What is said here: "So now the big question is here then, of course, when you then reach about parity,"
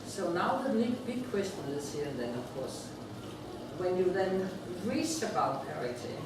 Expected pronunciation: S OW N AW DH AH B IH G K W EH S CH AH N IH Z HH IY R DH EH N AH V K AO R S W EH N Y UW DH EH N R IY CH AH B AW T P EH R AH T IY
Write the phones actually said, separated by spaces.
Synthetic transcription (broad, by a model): S OW N AW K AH B IH G K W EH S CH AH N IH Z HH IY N DH EH N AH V K AO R S W EH N Y UW DH EH N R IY S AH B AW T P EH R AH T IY